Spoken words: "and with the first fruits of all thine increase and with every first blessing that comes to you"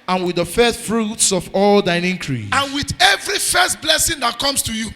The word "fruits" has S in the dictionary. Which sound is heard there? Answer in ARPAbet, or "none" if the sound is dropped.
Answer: S